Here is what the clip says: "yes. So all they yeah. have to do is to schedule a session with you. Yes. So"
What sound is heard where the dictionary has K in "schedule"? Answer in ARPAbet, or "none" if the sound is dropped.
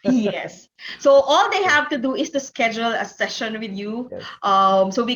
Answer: K